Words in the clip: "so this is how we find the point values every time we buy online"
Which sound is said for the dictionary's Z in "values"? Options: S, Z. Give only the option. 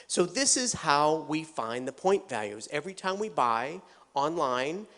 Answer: Z